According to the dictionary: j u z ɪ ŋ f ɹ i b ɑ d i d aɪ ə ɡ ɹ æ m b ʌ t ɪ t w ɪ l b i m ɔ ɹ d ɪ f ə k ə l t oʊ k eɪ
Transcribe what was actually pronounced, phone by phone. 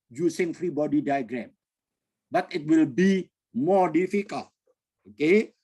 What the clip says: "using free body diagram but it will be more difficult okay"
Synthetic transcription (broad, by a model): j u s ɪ ŋ f ɹ i b ɑ d i d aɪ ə ɡ ɹ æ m b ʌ t ɪ t w ɪ l b i m ɔ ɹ d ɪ f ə k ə l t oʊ k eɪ